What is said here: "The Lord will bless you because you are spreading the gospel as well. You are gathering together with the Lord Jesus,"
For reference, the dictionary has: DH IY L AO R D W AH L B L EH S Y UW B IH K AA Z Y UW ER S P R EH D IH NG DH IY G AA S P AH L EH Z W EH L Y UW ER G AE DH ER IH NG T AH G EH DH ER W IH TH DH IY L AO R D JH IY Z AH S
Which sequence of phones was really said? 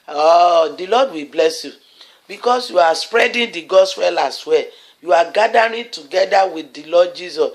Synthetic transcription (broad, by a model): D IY L AO D W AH B L EH S Y UW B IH K AA S Y UW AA S P R EH D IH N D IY G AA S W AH L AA S W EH Y UW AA G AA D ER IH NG T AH G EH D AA W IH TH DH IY L AO D JH IY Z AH S